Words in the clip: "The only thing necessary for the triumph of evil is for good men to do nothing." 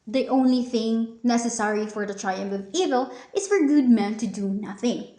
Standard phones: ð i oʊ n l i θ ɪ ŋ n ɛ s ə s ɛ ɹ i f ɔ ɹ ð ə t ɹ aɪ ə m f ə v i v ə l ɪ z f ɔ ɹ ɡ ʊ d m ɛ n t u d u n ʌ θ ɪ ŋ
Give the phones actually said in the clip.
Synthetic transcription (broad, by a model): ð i oʊ n l i θ ɪ ŋ n ɛ s ə s ɛ ɹ i f ɔ ɹ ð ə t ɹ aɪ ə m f ə v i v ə l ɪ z f ɔ ɹ ɡ ʊ d m ɛ n t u d u n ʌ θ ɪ ŋ